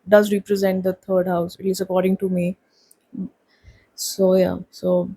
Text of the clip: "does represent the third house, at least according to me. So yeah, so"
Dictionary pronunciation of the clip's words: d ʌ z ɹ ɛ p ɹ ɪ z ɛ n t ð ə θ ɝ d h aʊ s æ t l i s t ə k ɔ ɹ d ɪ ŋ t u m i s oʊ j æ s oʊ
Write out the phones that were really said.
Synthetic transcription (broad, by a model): d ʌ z ɹ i p ɹ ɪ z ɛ n t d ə t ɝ d h aʊ s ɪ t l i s ə k ɔ ɹ d ɪ ŋ t u m i s oʊ j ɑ s oʊ